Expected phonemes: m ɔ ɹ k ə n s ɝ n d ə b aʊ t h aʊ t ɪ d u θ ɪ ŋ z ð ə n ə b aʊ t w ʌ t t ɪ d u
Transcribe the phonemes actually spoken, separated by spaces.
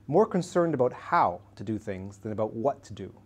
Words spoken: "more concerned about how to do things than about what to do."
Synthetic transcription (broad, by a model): m ɔ ɹ k ə n s ɝ n d ə b aʊ t h aʊ t ɪ d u θ ɪ ŋ z ð ə n ə b aʊ t w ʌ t t ɪ d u